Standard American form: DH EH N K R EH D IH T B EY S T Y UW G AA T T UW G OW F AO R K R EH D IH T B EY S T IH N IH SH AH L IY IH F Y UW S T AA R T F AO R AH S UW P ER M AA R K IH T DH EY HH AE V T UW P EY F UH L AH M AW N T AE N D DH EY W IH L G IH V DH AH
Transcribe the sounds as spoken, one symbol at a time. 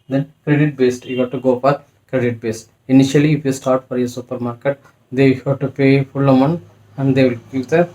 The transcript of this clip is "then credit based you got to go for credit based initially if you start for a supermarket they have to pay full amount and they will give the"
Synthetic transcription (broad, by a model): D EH N K R EH D IH T B EY S T Y UW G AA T T UW G OW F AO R K R EH D IH T B EY S T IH N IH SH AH L IY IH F Y UW S T AA R T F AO R AH S UW P ER M AA R K IH T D EY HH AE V T UW P EY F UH L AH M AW N AE N D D EY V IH L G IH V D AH